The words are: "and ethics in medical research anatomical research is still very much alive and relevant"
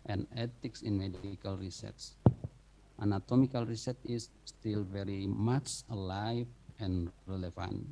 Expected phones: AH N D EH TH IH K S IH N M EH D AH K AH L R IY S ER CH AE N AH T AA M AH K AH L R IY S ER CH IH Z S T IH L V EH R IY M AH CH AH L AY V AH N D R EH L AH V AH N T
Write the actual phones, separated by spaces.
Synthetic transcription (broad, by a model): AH N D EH T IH K S IH N M EH D AH K AH L R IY S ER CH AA N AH T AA M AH K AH L R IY S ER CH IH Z S T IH L V EH R IY M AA CH AH L AY V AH N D R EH L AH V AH N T